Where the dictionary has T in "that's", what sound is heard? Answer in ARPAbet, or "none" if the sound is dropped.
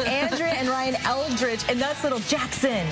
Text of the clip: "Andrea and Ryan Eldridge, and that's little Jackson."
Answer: T